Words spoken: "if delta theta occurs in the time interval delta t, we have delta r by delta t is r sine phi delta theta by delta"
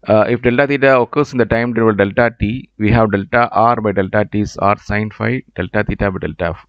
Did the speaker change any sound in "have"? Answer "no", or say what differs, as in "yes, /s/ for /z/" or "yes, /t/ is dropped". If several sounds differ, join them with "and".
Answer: no